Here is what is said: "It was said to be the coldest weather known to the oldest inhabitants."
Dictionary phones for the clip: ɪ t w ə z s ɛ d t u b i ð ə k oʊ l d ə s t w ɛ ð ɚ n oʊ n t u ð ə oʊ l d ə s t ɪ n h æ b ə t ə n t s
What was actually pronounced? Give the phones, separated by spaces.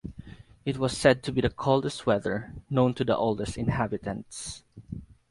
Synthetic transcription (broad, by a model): ɪ t w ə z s ɛ d t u b i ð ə k oʊ l d ə s t w ɛ ð ɚ n oʊ n t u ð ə oʊ l d ə s t ɪ n h æ b ə t ə n t s